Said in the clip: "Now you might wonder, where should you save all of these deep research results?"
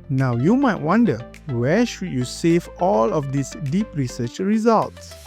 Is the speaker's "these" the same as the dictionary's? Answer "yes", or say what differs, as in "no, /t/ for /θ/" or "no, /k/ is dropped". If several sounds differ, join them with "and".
no, /s/ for /z/